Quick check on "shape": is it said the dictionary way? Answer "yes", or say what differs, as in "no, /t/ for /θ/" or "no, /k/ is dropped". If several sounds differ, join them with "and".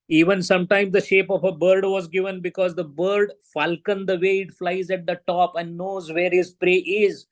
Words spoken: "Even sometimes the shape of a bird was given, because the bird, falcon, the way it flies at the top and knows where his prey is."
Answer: yes